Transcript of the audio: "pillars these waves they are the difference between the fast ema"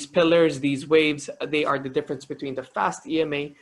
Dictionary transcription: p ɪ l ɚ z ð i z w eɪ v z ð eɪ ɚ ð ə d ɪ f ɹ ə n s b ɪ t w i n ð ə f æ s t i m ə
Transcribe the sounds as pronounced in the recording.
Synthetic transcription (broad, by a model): p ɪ l ɚ z ð i z w eɪ v z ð eɪ ɚ ð ə d ɪ f ɹ ə n s b ɪ t w i n ð ə f æ s t i m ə